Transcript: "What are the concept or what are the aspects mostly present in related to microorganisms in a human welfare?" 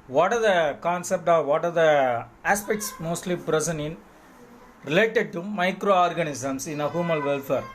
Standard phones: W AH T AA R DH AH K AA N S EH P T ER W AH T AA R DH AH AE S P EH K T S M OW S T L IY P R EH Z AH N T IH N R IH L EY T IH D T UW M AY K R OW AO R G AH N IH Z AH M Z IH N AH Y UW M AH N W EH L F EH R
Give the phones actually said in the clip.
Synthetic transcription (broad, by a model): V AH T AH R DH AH K AA N S EH P T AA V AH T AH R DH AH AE S P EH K T S M OW S T L IY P R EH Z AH N IH N R IH L EY T IH D T UW M AY K R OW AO R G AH N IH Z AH M S IH N AH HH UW M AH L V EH L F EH R